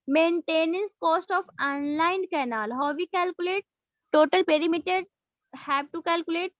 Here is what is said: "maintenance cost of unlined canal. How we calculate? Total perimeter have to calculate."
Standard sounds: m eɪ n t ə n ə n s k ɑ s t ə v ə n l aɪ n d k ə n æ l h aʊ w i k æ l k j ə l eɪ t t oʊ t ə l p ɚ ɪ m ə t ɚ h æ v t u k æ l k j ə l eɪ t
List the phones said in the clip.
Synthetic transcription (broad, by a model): m eɪ n t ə n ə n s k ɑ s t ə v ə n l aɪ n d k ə n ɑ l h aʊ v i k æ l k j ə l eɪ t t oʊ t ə l p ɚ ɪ m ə t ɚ h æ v t u k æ l k j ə l eɪ t